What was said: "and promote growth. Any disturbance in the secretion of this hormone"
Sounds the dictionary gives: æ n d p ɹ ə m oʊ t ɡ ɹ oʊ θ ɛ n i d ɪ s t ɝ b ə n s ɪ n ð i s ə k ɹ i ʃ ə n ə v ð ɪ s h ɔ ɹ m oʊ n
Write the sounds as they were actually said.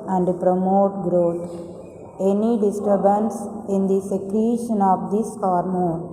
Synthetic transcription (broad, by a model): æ n d p ɹ ə m oʊ t ɡ ɹ oʊ t ɛ n i d ɪ s t ɝ b ə n s ɪ n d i s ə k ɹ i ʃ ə n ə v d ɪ s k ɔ ɹ m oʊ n